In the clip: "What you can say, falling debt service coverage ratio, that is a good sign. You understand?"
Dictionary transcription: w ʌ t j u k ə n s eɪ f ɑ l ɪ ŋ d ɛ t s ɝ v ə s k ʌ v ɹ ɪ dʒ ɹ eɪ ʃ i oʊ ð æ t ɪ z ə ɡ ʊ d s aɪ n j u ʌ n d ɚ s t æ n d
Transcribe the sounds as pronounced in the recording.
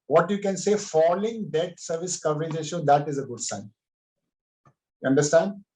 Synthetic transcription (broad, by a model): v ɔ t j u k ə n s eɪ f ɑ l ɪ ŋ d ɛ t s ɝ v ə s k ʌ v ɹ ɪ dʒ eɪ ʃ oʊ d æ t ɪ z ə ɡ ʊ d s aɪ n j u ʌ n d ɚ s t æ n d